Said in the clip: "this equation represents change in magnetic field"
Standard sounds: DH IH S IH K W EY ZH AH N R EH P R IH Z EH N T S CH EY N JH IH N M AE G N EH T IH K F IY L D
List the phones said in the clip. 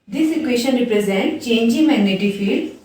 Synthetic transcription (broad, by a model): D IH S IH K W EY SH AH N R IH P R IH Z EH N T CH EY N JH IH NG M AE G N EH T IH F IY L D